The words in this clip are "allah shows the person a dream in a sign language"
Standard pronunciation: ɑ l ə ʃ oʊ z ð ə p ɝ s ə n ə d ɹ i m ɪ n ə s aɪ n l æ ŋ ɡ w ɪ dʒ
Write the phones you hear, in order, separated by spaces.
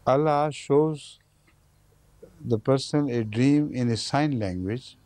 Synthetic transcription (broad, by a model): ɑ l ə ʃ oʊ z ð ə p ɝ s ə n ə d ɹ i m ɪ n ə s aɪ n l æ ŋ ɡ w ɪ dʒ